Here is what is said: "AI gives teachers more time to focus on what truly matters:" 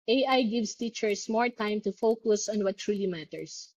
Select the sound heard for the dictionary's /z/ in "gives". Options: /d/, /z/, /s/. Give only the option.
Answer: /s/